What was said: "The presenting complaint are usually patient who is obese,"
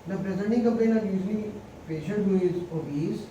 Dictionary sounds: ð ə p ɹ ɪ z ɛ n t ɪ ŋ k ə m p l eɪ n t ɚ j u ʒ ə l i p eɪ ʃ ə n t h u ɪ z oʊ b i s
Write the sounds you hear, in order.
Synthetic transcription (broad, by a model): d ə p ɹ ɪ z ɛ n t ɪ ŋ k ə m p eɪ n ɚ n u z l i p eɪ ʃ ə n t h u ɪ z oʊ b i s